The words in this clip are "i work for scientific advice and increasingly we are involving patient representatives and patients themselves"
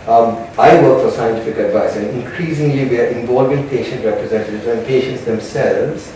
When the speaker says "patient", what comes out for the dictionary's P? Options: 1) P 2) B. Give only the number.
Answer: 1